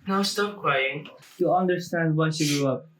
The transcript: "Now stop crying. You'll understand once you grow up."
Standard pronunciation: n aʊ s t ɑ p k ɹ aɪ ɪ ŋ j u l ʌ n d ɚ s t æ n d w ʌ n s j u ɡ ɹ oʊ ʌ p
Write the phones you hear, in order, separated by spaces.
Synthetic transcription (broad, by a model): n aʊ s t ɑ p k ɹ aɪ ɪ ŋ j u ʌ n d ɚ s t æ n d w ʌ s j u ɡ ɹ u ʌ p